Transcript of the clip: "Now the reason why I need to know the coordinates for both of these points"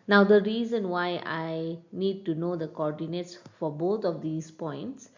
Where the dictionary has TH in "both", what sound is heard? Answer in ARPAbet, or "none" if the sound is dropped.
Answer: T